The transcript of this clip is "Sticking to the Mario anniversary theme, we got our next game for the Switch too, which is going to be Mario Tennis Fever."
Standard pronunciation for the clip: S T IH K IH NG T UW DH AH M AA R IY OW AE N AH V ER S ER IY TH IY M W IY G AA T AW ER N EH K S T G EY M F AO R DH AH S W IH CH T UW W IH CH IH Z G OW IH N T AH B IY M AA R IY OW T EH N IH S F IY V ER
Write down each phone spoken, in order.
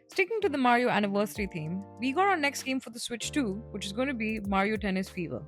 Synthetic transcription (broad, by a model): S T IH K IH NG T UW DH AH M AA R IY OW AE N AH V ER S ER IY T IY M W IY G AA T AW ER N EH K S T G EY M F AO R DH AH S W IH CH T UW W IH CH IH Z G OW IH N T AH B IY M AA R IY OW T EH N IH S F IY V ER